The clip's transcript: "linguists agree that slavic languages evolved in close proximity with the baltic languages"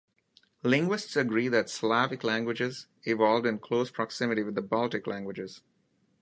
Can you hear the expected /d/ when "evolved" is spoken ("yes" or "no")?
yes